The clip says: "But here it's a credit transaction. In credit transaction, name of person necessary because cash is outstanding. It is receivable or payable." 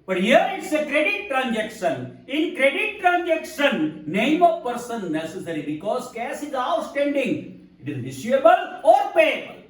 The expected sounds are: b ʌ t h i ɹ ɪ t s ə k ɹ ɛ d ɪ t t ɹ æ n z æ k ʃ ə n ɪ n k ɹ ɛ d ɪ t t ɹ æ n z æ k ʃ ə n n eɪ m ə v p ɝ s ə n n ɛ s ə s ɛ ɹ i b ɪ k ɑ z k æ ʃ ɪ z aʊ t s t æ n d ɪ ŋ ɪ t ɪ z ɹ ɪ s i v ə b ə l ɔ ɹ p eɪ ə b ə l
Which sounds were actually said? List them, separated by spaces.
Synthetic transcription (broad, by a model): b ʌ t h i ɹ ɪ t s ə k ɹ ɛ d ɪ t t ɹ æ n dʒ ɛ k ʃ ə n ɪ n k ɹ ɛ d ɪ t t ɹ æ n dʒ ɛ k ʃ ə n n eɪ m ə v p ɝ s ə n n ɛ s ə s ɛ ɹ i b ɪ k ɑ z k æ s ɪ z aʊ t s t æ n d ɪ ŋ ɪ t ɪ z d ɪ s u ə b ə l ɔ ɹ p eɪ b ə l